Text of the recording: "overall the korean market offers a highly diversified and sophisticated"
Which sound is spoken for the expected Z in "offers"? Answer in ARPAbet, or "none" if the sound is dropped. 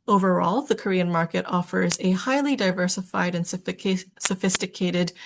Z